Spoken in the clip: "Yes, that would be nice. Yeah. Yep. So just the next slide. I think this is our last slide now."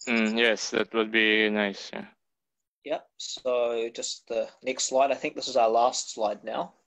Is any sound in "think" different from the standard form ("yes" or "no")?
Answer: no